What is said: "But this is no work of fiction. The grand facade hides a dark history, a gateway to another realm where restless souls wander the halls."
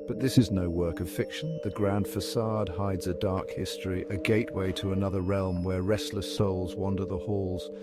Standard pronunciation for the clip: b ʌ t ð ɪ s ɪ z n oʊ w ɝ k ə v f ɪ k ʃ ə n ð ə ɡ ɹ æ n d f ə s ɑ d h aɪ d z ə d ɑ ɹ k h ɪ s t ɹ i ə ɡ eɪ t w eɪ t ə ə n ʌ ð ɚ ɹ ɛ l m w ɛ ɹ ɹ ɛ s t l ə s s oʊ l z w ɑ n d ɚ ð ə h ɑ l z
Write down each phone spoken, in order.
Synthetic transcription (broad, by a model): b ʌ t ð ɪ s ɪ z n oʊ w ɝ k ə v f ɪ k ʃ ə n ð ə ɡ ɹ æ n d f ə s ɑ d h aɪ d z ə d ɑ ɹ k h ɪ s t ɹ i ə ɡ eɪ t w eɪ t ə ə n ʌ ð ɚ ɹ ɛ l m w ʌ ɹ ɹ ɛ s t l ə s s oʊ l z w ɑ n d ɚ ð ə h ɑ l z